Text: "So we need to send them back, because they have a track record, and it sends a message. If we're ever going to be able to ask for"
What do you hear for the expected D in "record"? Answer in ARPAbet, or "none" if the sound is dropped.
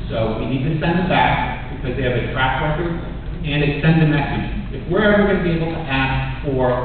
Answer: none